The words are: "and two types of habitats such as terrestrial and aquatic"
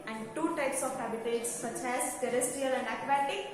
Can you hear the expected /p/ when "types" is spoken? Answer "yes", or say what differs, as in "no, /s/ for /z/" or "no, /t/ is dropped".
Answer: yes